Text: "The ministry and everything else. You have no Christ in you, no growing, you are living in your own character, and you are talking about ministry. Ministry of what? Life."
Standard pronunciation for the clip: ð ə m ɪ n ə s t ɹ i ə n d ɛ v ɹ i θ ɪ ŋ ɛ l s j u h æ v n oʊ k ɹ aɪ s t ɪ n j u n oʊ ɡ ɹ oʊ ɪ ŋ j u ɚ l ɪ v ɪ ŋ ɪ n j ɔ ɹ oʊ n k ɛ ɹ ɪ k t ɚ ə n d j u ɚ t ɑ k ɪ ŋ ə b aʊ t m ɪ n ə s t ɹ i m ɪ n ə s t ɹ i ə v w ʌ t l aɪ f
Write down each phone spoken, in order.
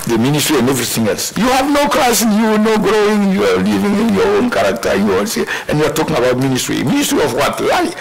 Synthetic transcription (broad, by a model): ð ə m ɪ n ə s t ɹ i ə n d ɛ v ɹ i θ ɪ ŋ ɛ l s j u h æ v n oʊ k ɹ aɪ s ɪ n j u n oʊ ɡ ɹ oʊ ɪ ŋ j u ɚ l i v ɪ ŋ ɪ n j ɔ ɹ oʊ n k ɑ ɹ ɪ k t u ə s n j u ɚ t ɑ k ɪ ŋ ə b aʊ t m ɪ n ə s t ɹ i m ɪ n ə s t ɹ i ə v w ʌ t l aɪ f